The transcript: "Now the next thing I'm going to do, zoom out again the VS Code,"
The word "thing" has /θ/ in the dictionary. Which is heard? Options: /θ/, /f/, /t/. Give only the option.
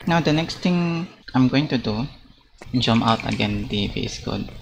/t/